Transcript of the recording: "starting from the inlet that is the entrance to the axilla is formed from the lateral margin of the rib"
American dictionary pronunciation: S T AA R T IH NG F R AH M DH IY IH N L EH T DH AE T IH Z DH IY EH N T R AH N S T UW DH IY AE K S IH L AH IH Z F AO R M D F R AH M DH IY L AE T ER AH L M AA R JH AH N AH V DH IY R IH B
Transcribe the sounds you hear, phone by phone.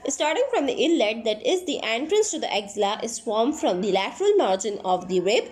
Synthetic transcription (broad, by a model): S T AA R T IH NG F R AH M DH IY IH L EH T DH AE T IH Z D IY EH N T R AH N S T UW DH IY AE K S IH L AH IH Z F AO R M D F R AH M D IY L AE T ER AH L M AA R JH AH N AH V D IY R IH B